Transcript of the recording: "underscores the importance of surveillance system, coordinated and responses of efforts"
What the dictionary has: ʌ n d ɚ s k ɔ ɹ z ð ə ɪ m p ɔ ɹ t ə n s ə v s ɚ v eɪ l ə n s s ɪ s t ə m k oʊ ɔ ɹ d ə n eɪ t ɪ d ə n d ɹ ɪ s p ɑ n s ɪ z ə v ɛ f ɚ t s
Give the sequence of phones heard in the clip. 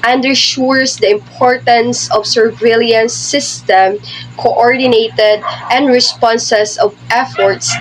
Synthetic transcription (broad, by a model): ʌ n d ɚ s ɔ ɹ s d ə ɪ m p ɔ ɹ t ə n s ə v s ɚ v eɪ l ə n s s ɪ s t ə m k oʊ ɔ ɹ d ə n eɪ t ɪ d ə n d ɹ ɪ s p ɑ n s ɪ s ə v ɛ f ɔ t s